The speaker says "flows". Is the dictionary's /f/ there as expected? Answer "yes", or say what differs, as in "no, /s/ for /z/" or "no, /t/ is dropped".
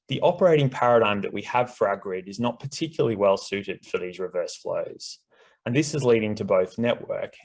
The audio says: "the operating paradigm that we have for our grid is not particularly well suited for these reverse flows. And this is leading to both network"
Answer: yes